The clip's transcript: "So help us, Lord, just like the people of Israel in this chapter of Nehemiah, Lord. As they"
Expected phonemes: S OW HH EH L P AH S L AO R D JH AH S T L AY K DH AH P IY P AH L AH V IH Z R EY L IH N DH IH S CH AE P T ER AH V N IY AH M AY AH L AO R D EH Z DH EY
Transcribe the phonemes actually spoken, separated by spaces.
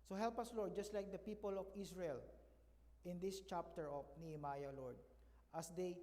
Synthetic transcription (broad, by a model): S OW HH EH L P AH S L AO R D JH AH S T L AY K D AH P IY P AH L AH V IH S R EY L IH N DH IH S CH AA P T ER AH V N IY AH M AY AH L AO R D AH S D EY